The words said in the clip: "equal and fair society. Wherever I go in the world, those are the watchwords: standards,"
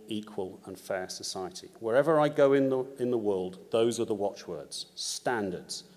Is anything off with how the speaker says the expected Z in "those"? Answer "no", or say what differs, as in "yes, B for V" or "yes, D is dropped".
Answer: no